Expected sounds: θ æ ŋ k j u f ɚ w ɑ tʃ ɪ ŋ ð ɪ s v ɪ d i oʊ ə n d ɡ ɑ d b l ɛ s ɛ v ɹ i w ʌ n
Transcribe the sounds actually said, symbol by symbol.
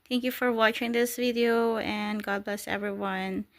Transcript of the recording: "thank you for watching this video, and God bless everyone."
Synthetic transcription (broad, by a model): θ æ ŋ k j u f ɚ w ɑ tʃ ɪ ŋ ð ɪ s v ɪ d i oʊ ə n ɡ ɑ d b l ɛ s ɛ v ɹ i w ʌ n